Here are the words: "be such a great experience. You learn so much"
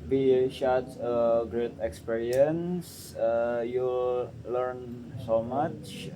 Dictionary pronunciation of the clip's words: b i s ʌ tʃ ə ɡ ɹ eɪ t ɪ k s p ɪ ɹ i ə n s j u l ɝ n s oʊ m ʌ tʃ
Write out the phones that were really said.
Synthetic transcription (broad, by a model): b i ʃ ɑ s ə ɡ ɹ eɪ t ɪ k s p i ɹ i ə n s j u l ɝ n s oʊ m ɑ tʃ